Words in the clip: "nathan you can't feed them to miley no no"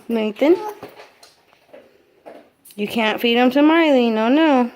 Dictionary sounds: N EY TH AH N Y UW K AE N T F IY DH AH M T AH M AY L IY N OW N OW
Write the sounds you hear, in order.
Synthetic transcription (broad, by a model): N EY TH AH N Y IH K AE N T F IY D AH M S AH M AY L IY N OW N OW